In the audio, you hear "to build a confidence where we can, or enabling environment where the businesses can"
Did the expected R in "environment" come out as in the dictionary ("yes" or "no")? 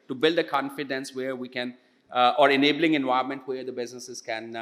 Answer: no